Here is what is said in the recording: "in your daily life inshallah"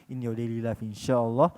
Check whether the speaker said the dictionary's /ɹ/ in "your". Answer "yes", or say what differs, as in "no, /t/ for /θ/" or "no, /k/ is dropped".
no, /w/ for /ɹ/